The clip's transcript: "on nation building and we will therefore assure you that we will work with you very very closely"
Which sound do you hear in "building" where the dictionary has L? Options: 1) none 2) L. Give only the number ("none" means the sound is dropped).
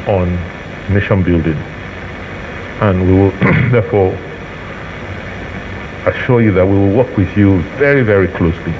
2